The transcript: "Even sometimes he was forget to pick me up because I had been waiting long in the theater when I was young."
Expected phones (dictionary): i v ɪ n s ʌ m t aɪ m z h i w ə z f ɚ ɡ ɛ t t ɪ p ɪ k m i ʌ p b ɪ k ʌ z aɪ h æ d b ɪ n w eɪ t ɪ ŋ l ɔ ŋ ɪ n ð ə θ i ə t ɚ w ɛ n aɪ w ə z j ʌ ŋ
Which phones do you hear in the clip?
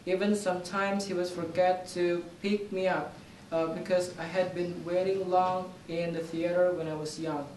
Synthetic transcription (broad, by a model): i v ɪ n s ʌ m t aɪ m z h i w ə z f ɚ ɡ ɛ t t ɪ p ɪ k m i ʌ p b ɪ k ʌ z aɪ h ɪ d b ɪ n w eɪ t ɪ ŋ l ɔ ŋ ɪ n ð ə θ i ə t ɚ w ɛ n aɪ w ə z j ʌ ŋ